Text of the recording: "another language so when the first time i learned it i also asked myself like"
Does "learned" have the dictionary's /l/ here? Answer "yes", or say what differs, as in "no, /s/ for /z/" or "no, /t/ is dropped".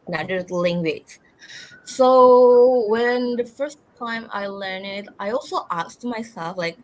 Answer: yes